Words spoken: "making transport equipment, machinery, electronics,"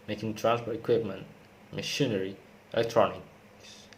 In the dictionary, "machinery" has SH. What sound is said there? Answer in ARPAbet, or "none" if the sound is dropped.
SH